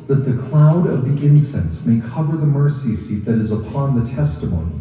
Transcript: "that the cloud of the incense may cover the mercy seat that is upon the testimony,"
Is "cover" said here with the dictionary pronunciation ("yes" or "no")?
yes